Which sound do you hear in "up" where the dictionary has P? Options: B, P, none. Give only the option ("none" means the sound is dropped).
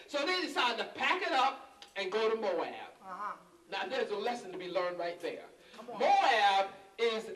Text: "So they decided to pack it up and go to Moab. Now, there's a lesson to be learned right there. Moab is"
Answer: P